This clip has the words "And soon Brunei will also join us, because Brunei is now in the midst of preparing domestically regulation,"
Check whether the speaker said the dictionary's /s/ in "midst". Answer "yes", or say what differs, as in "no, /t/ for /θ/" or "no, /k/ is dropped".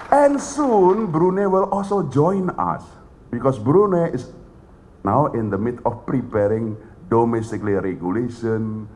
no, /s/ is dropped